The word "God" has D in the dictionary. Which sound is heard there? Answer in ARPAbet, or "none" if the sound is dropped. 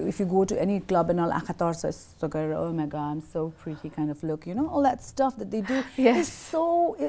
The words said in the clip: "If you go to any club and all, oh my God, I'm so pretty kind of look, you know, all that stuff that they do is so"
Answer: none